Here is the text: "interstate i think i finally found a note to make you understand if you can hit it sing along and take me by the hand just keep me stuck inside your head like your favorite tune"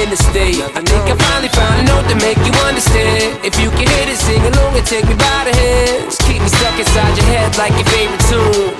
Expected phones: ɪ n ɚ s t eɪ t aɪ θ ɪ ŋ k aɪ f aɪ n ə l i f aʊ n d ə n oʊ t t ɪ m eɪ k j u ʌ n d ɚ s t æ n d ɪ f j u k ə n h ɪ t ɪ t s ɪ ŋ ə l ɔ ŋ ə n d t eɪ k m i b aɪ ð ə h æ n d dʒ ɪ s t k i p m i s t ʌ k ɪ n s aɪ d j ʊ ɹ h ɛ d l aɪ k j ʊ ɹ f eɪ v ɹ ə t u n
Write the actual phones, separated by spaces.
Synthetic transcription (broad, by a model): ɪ n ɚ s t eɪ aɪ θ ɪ k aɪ f aɪ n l i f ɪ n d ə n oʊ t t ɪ m eɪ k j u ʌ n d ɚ s t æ n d ɪ f j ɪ k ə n h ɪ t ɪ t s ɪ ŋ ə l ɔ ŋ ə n t eɪ k m i b aɪ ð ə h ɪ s k i p m i s t ʌ k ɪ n s aɪ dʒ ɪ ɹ h ɛ d l aɪ k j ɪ f eɪ v ɹ ə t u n